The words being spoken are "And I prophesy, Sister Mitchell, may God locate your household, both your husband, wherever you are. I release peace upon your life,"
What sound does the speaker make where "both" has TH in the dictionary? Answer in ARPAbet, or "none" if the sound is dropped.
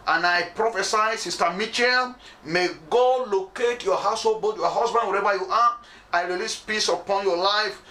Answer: T